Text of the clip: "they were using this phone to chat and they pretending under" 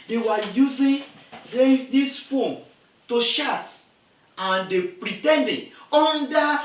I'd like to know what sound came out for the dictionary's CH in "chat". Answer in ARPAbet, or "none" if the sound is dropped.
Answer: SH